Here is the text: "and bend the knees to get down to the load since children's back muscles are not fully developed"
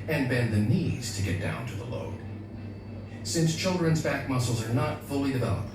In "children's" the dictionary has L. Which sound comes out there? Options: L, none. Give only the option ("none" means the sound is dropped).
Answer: L